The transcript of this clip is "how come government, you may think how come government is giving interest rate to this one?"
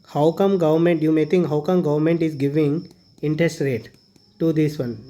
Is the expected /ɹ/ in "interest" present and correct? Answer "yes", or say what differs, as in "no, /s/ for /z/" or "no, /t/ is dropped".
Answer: yes